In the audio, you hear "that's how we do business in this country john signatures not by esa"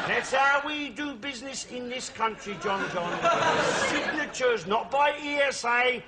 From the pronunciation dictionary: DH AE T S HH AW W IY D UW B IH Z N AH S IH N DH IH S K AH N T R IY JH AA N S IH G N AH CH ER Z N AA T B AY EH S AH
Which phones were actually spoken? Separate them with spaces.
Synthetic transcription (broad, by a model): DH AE T S HH AW W IY D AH B IH Z N AH S IH N DH IH S K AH N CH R IY JH AA N S IH G N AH CH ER Z N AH T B AY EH S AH